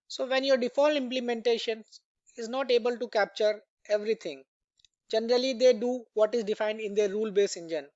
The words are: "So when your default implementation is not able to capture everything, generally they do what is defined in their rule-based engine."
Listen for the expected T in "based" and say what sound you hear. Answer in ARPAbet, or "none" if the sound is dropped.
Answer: none